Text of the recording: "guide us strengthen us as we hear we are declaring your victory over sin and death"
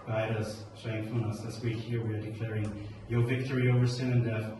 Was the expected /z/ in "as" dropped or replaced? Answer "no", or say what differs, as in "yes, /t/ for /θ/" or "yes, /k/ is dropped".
yes, /s/ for /z/